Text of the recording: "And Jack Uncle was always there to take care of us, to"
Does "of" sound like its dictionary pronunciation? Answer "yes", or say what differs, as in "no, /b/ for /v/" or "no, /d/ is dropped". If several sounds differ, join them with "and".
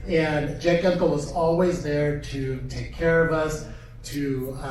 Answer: yes